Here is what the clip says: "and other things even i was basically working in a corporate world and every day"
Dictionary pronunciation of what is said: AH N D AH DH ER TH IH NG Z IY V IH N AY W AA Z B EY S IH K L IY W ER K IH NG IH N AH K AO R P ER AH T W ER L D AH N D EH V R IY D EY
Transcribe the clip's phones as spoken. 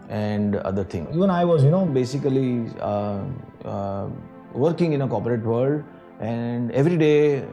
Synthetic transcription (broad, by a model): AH N D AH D ER T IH NG IY V IH N AY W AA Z B EY S IH K L IY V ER K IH NG IH N AH K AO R P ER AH T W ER L D AH N D EH V R IY D EY